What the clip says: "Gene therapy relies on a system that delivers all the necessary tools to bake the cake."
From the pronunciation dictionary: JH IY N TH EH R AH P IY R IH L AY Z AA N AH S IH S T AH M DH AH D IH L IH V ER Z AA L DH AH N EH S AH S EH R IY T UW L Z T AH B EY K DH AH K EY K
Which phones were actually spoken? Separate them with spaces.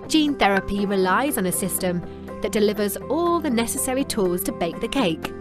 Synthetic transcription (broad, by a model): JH IY N TH EH R AH P IY R IH L AY Z N AH S IH S T AH M DH AH D IH L IH V ER Z AA L DH AH N EH S AH S EH R IY T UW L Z T AH B EY K DH AH K EY K